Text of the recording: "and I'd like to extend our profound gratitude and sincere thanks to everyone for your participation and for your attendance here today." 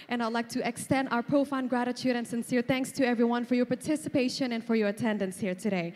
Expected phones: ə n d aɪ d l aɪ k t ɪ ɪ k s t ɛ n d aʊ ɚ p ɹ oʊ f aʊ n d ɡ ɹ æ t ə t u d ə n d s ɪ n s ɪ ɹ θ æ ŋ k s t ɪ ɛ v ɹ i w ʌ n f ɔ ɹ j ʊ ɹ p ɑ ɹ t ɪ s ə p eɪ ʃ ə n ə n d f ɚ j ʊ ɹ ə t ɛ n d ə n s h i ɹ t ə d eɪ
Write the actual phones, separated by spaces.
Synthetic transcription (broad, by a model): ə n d aɪ d l aɪ k t ɪ ɪ k s t ɛ n d aʊ ɚ p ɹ oʊ f aʊ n ɡ ɹ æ t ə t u d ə n s ɪ n s ɪ ɹ θ æ ŋ k s t ɪ ɛ v ɹ i w ʌ n f ɔ ɹ j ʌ ɹ p ɑ ɹ t ɪ s ə p eɪ ʃ ə n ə n f ɚ j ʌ ɹ ə t ɛ n d ə n s h i ɹ t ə d eɪ